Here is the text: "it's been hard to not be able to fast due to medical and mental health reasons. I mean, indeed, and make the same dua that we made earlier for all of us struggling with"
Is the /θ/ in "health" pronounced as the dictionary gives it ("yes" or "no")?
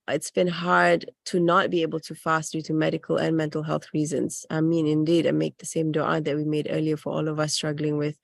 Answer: yes